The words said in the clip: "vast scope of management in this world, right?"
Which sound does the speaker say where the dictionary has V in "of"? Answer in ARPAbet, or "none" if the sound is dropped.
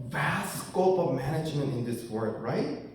V